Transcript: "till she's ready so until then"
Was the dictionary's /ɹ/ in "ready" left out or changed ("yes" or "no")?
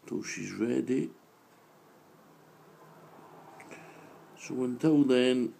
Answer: yes